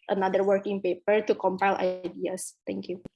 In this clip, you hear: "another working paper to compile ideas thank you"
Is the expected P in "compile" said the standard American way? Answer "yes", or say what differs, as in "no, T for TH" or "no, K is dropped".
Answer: yes